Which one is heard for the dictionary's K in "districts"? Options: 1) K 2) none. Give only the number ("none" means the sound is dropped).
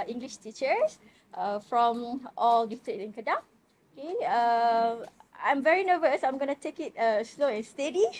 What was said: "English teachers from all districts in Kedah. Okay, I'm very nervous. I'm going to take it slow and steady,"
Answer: 2